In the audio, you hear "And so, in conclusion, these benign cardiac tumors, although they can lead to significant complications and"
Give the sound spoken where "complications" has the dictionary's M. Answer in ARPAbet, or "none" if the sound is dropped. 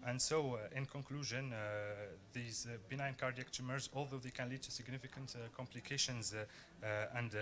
M